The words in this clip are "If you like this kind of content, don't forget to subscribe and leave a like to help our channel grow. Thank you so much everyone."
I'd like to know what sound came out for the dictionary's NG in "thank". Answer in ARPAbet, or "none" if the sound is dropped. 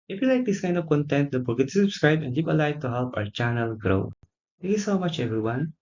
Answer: none